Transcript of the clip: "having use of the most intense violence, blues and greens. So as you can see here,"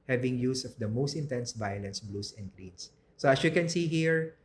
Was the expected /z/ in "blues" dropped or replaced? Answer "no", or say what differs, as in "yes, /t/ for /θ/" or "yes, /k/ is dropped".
yes, /s/ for /z/